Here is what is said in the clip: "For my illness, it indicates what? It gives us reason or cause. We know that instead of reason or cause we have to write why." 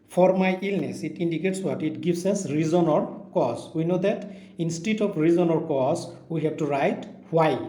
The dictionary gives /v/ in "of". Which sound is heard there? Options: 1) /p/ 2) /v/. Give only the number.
1